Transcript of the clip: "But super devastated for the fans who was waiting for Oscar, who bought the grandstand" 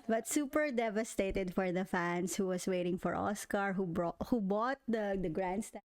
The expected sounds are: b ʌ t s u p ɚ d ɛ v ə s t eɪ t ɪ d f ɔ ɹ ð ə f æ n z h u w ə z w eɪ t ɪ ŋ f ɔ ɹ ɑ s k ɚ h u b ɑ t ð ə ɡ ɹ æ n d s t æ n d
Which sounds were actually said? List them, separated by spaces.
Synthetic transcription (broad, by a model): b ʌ t s u p ɚ d ɛ v ə s t eɪ t ɪ d f ɔ ɹ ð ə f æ n s h u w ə s w eɪ t ɪ ŋ f ɔ ɹ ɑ s k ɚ h u b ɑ t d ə ɡ ɹ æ n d s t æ